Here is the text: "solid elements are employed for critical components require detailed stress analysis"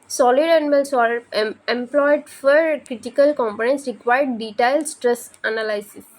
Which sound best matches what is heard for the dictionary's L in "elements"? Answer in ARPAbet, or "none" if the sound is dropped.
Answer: N